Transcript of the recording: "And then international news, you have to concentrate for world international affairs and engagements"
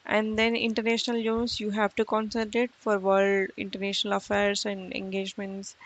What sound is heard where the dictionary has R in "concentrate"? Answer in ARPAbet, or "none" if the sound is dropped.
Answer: none